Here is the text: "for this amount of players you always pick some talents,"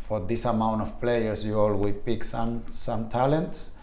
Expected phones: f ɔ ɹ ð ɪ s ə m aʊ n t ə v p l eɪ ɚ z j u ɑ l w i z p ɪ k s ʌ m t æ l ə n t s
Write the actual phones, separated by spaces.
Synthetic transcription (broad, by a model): f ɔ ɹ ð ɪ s ə m aʊ n t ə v p l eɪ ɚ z j u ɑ l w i p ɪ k s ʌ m t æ l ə n t s